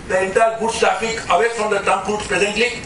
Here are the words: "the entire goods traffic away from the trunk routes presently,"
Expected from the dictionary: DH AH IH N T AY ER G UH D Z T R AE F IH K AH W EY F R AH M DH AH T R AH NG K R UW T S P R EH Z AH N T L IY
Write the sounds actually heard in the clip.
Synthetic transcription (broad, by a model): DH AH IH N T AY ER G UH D S T R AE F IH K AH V EY F R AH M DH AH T AH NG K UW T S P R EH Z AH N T L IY